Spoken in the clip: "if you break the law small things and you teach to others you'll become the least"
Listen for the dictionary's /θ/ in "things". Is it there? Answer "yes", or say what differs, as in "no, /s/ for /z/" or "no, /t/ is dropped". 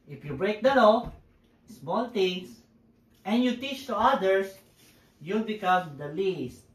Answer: no, /t/ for /θ/